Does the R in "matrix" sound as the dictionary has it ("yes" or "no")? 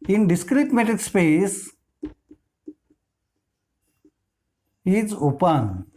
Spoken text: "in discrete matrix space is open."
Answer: no